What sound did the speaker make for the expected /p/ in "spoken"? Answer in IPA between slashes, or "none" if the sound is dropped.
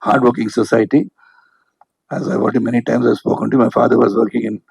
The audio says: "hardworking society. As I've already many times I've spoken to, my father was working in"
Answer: /p/